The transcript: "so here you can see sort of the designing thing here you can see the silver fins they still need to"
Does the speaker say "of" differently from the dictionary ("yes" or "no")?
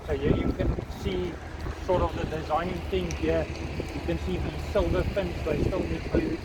no